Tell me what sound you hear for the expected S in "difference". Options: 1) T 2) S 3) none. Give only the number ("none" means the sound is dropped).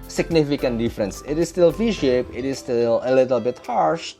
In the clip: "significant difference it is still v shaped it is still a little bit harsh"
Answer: 2